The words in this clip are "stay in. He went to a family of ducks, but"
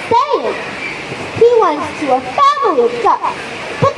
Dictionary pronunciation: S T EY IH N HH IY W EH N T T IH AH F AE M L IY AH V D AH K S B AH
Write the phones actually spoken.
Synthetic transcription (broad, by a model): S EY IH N HH IY W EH N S T IH AH F AE M L IY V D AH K B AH